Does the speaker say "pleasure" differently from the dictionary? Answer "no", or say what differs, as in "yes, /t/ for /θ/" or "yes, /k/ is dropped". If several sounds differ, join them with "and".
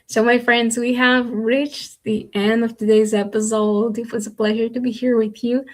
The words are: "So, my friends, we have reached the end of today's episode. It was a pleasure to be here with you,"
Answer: no